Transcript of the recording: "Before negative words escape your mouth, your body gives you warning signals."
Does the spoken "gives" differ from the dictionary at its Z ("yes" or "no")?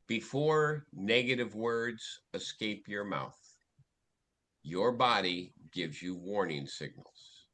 no